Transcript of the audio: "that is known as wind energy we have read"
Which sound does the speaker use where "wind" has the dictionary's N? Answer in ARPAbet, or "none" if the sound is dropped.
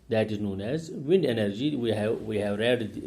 N